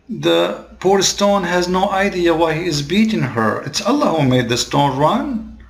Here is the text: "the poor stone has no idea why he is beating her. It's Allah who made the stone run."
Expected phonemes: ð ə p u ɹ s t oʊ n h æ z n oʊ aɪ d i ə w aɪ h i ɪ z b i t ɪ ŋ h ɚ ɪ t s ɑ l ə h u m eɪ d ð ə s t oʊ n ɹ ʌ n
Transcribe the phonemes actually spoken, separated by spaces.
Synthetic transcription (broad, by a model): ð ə p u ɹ s t oʊ n h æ z n oʊ aɪ d i ə w aɪ h i ɪ z b i t ɪ ŋ h ɚ ɪ t s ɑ l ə h u m eɪ d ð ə s t oʊ n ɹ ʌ n